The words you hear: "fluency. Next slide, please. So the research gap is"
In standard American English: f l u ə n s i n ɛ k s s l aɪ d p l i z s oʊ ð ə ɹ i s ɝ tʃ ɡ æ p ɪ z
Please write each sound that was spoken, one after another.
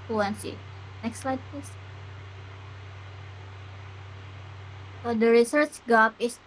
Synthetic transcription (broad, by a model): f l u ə n s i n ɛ k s s l aɪ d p i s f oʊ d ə ɹ i s ɝ tʃ ɡ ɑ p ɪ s